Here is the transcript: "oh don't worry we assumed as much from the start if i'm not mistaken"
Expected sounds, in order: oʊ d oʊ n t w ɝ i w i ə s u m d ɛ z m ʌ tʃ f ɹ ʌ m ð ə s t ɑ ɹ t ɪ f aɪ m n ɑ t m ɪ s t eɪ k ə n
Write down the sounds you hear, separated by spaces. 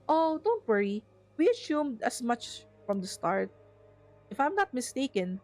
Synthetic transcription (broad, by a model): oʊ d oʊ n t w ɝ i w i ə s u m d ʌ s m ʌ tʃ f ɹ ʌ m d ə s t ɑ ɹ t ɪ f aɪ m n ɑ t m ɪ s t eɪ k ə n